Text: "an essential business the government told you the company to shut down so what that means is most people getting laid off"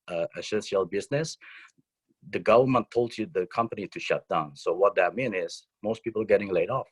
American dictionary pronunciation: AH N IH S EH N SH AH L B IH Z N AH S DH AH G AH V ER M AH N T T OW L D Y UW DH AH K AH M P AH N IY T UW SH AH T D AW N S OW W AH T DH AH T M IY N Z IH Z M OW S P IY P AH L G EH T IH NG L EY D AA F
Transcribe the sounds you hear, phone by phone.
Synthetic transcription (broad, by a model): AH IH S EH N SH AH L B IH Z N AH S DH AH G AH V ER M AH N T T OW L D Y UW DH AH K AH M P AH N IY T UW SH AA T D AW N S OW W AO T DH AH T M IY N IH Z M OW S P IY P AH L G EH T IH NG L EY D AA F